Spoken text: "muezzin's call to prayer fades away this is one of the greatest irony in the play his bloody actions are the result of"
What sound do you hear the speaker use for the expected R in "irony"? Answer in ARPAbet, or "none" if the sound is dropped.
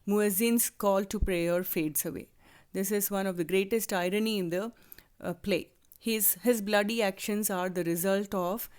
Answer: R